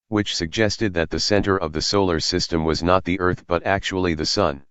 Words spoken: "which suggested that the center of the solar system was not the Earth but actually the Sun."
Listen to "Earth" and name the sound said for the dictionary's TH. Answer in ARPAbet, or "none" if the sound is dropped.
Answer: TH